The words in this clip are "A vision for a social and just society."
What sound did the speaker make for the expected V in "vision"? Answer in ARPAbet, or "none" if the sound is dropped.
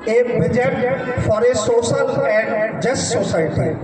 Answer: B